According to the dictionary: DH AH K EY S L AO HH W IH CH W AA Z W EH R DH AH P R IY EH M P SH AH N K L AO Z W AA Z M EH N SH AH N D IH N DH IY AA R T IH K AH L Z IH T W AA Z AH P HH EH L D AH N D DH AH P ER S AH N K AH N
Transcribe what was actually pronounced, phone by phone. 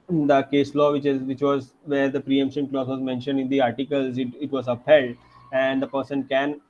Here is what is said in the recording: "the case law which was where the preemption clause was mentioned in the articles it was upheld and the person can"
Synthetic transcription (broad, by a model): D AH K EY S L AO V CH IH CH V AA Z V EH R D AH P R IY EH M P SH AH N K L AO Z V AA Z M EH N SH AH N D IH N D IY AA R T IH K AH L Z IH T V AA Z AH P HH EH L D AH N D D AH P ER S AH N K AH N